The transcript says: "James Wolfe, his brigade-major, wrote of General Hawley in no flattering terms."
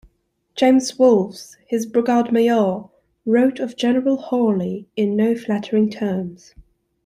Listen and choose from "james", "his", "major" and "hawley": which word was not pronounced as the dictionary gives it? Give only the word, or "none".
major